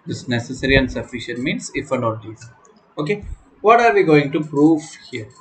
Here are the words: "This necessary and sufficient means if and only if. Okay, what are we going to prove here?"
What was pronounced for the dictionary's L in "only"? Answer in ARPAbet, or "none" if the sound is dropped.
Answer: none